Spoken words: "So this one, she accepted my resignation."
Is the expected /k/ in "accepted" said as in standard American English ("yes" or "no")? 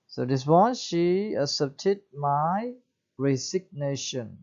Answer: no